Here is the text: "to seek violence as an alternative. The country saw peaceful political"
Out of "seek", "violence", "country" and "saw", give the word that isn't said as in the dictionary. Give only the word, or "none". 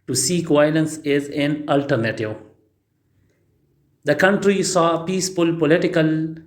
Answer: none